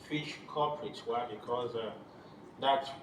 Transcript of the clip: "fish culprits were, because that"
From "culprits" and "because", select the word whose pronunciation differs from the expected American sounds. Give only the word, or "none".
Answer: culprits